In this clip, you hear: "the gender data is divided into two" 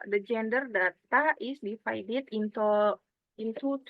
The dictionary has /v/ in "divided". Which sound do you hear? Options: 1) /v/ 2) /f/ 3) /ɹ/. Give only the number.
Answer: 2